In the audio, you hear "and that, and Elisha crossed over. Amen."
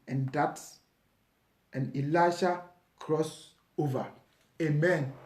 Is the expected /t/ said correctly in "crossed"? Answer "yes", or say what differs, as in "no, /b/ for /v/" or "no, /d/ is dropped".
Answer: no, /t/ is dropped